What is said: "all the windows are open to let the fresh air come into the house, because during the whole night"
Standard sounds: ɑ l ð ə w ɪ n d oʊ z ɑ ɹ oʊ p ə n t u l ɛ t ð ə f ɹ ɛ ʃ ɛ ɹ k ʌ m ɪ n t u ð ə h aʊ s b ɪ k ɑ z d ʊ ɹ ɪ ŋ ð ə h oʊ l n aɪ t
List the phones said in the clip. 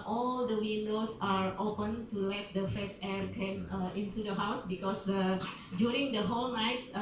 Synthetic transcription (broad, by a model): ɑ l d ə w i n d oʊ s ɑ ɹ oʊ p ə n t u l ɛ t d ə f ɛ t ɛ ɹ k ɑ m ɪ n t u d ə h aʊ s b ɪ k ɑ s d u ɹ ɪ ŋ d ə h oʊ l n aɪ t